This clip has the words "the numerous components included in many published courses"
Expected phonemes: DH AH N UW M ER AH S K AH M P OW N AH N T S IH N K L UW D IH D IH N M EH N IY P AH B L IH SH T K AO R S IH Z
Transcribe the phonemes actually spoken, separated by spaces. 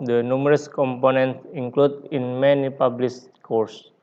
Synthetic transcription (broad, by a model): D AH N UW M ER AH S K AH M P OW N AH N T S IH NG K L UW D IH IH N M EH N IY P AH B L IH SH K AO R S